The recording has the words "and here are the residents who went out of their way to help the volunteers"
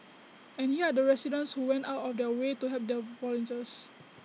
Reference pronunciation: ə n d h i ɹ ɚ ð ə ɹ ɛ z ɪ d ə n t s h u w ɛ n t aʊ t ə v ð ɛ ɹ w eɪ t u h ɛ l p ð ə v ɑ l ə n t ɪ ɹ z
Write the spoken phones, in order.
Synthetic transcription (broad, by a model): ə n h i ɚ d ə ɹ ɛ s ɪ d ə n s h u w ɛ n t aʊ t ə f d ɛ w eɪ t u h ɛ p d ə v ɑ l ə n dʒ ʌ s